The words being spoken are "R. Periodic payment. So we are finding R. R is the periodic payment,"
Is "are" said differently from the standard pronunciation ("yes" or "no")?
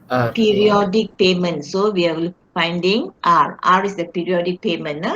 yes